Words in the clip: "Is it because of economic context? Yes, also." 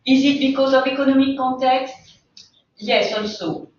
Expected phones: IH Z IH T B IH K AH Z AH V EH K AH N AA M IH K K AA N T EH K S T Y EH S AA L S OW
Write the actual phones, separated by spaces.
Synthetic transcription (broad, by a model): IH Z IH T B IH K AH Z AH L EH K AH N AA M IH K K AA T EH K S T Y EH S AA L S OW